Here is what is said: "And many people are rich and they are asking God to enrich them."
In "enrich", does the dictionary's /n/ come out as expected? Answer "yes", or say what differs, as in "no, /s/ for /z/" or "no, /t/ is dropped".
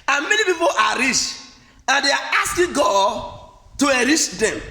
no, /n/ is dropped